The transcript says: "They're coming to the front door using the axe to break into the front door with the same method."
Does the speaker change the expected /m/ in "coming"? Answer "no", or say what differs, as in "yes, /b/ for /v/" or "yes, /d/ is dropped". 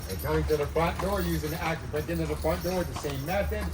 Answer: yes, /m/ is dropped